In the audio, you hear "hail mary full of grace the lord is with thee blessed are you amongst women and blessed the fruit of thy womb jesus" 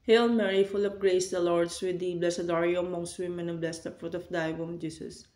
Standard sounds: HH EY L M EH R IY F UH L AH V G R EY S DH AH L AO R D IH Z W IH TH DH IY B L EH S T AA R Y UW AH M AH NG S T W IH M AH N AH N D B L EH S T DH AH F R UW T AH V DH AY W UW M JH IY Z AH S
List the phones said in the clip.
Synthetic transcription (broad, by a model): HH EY L M EH R IY F UH L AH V G R EY S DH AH L AO R D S W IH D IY B L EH S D AA R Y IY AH M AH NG S T W IH M AH N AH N B L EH S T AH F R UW T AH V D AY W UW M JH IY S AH S